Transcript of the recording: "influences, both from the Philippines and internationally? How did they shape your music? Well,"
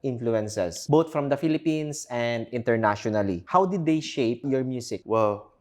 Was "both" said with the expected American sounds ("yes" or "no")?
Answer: no